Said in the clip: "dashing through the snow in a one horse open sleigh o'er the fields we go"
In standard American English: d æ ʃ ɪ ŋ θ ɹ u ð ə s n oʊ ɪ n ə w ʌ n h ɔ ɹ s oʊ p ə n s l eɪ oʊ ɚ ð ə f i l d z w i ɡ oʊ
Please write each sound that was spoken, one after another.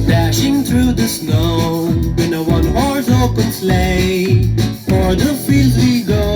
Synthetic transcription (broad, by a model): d æ ʃ ɪ ŋ θ ɹ u ð ə s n oʊ ɪ n ə w ʌ n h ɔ ɹ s oʊ p ə n s l eɪ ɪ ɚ ð ə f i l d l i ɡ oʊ